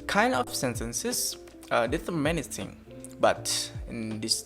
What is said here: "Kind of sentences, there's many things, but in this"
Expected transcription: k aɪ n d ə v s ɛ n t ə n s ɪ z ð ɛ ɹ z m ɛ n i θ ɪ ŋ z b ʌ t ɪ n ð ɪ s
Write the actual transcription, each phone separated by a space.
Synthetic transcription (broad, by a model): k aɪ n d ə f s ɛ n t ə n s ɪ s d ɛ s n m ɛ n i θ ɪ ŋ b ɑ t ɪ n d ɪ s